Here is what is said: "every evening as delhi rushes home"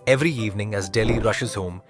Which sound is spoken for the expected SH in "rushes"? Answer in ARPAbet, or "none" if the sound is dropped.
SH